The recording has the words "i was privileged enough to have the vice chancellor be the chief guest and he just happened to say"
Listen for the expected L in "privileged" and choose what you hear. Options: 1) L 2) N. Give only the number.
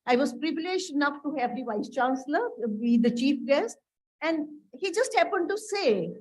1